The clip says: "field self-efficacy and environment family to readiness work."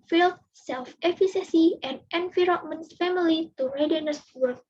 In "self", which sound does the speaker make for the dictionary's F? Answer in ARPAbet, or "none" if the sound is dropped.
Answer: F